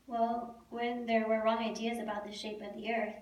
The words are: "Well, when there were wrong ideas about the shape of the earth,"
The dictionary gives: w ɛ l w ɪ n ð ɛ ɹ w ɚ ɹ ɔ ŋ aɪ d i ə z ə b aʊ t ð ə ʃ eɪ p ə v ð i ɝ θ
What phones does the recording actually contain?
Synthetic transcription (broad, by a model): w ɛ l w ɪ n ð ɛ ɹ w ɚ ɹ ɔ ŋ aɪ d i ə z ə b aʊ t ð ə ʃ eɪ p ə v ð i ɝ θ